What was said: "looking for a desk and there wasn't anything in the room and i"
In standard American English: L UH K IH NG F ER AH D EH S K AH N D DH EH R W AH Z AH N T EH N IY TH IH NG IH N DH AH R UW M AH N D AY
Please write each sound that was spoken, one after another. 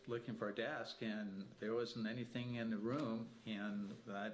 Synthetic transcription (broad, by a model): L UH K IH NG F ER AH D EH S K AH N DH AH R W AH Z N T EH N IY TH IH NG IH N DH AH R UW M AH N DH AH